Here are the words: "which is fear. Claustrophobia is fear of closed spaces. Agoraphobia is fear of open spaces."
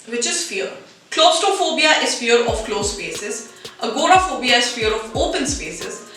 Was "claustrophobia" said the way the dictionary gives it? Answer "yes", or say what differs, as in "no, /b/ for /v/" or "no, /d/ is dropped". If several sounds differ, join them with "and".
no, /ɹ/ is dropped